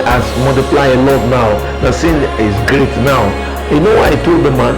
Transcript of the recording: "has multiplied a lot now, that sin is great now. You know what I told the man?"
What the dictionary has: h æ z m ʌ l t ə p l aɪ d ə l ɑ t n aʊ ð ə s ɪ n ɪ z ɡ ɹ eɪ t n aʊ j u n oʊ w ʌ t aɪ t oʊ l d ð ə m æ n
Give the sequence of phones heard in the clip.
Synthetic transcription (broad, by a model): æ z m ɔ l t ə p l aɪ ə l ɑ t n aʊ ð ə s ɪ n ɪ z ɡ ɹ eɪ t n aʊ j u n oʊ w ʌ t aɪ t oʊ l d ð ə m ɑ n